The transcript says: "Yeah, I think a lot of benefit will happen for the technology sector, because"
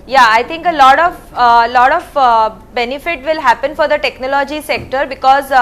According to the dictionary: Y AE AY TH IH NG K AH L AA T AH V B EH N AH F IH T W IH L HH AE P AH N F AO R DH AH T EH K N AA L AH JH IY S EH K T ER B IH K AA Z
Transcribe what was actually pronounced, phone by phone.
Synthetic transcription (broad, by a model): Y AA AY T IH NG K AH L AA T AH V B EH N AH F IH T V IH L HH AE P AH N F AO R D AH T EH K N AA L AH JH IY S EH K T ER B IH K AA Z